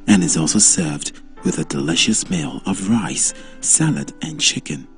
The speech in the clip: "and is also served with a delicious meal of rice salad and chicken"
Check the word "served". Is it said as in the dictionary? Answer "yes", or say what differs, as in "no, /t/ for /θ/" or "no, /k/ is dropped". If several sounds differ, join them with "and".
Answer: yes